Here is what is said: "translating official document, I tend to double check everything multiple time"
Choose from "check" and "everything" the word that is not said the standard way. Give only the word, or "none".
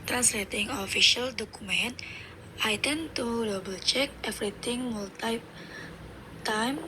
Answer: everything